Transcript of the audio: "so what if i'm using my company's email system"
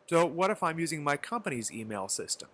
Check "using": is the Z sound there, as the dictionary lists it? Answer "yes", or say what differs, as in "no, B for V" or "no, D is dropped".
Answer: yes